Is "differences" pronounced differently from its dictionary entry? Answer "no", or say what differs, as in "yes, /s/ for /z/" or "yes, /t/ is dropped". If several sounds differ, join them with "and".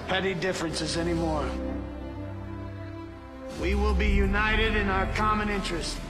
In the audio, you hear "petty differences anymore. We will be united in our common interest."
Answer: no